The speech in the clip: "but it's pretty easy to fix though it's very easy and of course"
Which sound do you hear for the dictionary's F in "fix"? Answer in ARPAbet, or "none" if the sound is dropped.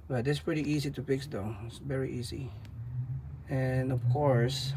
P